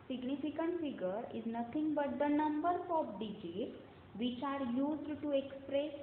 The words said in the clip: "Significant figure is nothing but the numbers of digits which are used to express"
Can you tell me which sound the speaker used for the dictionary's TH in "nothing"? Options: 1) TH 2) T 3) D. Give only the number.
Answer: 2